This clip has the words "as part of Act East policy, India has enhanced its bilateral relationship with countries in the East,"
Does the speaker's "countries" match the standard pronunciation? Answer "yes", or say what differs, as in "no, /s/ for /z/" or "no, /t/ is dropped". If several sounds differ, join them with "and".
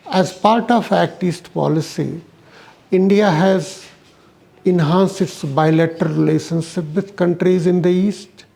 yes